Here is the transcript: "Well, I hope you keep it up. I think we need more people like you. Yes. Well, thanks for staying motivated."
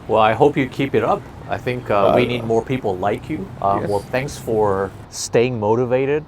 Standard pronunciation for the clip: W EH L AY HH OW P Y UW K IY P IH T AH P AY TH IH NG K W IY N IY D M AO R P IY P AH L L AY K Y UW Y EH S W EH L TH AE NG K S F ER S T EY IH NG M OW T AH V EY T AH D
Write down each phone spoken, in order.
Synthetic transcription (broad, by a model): W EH L AY HH OW P Y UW K IY P IH T AH P AY TH IH NG K W IY N IY D M AO R P IY P L L AY K Y UW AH W EH L TH AE NG K S F ER S T EY IH NG M OW T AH V EY T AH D